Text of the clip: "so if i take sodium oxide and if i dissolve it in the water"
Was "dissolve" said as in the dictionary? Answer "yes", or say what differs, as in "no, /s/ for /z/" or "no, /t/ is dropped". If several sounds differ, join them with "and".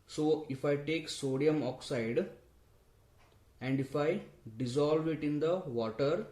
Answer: yes